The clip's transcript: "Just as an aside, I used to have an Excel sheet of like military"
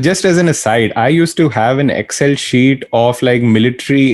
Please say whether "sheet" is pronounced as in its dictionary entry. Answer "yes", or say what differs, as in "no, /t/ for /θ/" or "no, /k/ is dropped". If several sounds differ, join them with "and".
yes